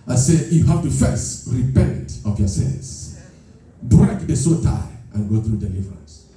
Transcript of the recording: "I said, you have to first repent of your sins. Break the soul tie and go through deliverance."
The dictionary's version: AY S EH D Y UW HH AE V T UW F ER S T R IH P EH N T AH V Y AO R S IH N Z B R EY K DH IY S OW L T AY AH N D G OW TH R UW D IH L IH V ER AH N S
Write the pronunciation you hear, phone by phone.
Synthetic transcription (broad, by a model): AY S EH Y UW HH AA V T UW F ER S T R IH P EH N T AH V Y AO S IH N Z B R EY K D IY S OW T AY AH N G OW TH R UW D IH L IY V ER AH N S